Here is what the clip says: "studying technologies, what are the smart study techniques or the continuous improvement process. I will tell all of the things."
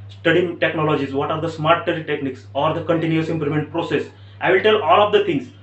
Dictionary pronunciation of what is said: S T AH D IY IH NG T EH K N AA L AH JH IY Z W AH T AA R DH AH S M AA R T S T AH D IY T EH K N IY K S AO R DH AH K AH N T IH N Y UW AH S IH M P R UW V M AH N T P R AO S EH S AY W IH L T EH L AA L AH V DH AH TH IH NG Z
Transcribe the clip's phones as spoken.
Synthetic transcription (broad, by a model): S T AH D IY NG T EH K N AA L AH JH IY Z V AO T AA R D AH S M AA R T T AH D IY T EH K N IY K S AO R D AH K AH N T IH N Y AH S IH M P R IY M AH N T P R AO S EH S AY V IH L T EH L AA L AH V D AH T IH NG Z